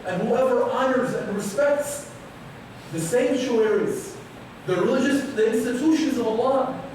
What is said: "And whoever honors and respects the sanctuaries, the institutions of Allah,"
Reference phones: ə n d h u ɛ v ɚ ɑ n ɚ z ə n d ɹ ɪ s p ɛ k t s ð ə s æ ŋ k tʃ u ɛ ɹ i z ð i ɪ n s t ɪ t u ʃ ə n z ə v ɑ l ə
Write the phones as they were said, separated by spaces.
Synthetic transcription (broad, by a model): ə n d h u ɛ v ɚ ɑ n ɚ z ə n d ɹ ɪ s p ɛ k t s ð ə s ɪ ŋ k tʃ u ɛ ɹ i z ð i ɪ n s t ɪ t u ʃ ə n z ə v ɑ l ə